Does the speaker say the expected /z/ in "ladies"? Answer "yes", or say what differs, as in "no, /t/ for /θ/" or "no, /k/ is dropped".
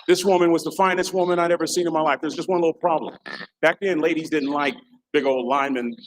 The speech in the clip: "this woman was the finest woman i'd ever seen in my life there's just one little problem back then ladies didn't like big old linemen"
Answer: yes